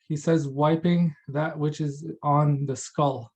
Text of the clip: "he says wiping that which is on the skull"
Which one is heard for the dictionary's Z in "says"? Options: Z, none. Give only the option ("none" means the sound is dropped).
Z